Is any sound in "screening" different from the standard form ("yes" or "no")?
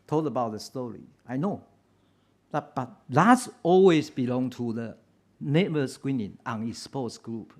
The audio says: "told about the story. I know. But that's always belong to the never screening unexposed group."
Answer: yes